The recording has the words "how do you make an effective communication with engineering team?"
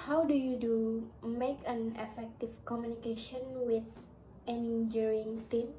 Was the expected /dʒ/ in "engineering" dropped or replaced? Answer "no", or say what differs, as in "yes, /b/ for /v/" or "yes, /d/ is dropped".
yes, /dʒ/ is dropped